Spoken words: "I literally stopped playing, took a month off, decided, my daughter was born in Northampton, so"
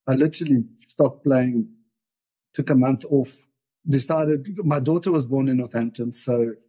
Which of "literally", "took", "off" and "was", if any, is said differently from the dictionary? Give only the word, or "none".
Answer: none